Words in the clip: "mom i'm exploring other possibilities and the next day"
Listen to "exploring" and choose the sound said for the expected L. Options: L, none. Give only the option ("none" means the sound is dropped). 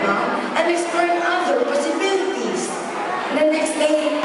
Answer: none